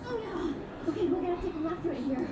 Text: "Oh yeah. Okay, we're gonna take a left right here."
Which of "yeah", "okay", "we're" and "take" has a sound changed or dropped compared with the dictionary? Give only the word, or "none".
we're